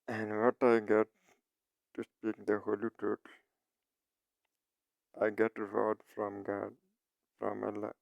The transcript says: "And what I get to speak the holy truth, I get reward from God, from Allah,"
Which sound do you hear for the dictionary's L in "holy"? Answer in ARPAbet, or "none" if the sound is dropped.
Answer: L